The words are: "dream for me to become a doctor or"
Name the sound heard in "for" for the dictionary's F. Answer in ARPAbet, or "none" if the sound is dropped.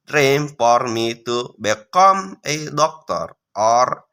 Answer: P